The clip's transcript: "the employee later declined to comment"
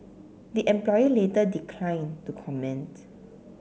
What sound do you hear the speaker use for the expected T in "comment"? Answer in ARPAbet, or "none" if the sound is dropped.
T